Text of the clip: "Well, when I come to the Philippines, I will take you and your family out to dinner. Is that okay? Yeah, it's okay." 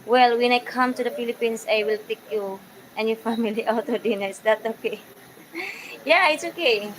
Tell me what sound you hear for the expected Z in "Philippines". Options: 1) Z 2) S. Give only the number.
2